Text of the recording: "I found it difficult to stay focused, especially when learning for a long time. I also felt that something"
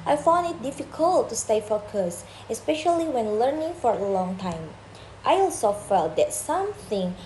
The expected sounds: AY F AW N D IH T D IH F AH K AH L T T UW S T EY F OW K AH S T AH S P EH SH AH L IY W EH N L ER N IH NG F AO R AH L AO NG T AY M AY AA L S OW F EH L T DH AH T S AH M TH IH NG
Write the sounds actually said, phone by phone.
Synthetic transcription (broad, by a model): AY F AW N D IH T D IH F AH K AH L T T UW S T EY F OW K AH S AH S P EH SH AH L IY W EH N L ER N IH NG F AO R AH L AO NG T AY M AY AA L S OW F EH L T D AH T S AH M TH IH NG